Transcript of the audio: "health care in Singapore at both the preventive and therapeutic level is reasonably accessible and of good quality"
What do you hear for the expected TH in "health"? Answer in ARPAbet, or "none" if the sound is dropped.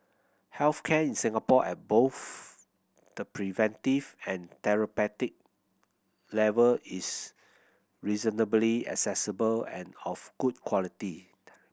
F